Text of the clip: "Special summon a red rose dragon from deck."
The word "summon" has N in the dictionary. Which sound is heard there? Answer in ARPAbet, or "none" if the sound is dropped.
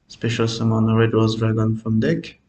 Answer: N